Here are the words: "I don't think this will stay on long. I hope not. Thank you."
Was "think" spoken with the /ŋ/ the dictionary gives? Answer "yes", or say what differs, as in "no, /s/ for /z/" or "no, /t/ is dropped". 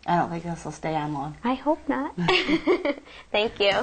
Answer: no, /ŋ/ is dropped